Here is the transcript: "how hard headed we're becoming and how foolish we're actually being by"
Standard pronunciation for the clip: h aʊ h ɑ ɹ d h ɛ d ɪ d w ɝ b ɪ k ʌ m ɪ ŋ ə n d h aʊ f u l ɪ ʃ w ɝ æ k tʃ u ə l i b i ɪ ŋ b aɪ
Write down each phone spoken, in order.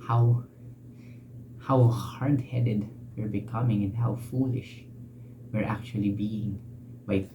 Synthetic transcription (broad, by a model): h aʊ h ɑ ɹ d h ɛ d ɪ d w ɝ b ɪ k ʌ m ɪ ŋ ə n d h aʊ f u l ɪ ʃ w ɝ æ k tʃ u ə l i b i ɪ ŋ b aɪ